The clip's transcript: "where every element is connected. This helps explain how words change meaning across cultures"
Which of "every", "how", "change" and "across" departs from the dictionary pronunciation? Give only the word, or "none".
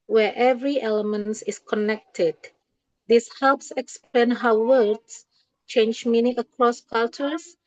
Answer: none